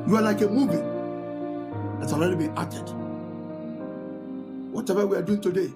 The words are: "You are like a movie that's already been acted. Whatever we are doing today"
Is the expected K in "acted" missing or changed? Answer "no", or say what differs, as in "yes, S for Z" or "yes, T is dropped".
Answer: yes, K is dropped